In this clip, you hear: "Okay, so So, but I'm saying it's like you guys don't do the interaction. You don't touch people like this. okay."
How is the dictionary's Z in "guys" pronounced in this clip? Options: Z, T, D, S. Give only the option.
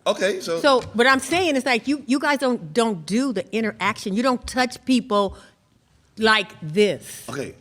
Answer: Z